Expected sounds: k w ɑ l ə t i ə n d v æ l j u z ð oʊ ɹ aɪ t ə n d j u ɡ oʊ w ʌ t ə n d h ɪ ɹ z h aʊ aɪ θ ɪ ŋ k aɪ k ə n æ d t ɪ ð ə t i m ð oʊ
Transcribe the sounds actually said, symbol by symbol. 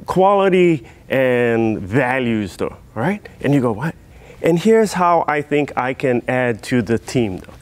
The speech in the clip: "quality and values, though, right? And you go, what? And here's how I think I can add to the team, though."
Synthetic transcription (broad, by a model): k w ɑ l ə t i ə n v æ l j u z ð oʊ ɹ aɪ t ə n j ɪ ɡ oʊ w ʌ t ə n h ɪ ɹ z h aʊ aɪ θ ɪ ŋ k aɪ k ə n æ d t ɪ ð ə t i m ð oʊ